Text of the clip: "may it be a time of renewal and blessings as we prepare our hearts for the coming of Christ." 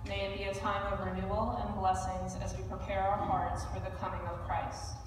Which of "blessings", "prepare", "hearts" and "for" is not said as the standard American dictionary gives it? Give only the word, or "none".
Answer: none